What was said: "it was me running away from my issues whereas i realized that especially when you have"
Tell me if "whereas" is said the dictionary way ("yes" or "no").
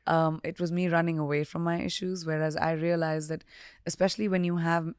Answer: yes